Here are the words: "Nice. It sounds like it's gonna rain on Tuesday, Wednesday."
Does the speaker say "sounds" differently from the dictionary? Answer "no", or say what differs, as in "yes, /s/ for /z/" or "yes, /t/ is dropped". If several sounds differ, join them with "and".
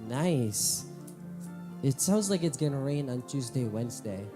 no